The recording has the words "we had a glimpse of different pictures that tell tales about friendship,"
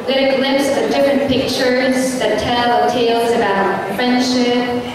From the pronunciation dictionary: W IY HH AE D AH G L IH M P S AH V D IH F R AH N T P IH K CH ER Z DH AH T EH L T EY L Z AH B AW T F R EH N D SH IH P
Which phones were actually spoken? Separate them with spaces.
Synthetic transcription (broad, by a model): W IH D AH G L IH P S AH V D IH F R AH N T P IH K CH ER Z DH AH T EH L T EY L Z AH B AW T F R EH N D SH IH P